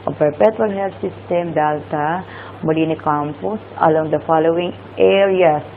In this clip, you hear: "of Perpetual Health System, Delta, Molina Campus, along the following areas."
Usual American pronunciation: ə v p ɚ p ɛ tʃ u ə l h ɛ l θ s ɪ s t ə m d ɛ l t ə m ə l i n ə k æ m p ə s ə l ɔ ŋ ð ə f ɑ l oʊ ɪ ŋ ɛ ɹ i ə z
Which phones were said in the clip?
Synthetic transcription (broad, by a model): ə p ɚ p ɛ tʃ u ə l h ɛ l t s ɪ s t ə m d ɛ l t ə m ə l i n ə k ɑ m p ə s ə l ɔ ŋ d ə f ɑ l oʊ ɪ ŋ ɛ ɹ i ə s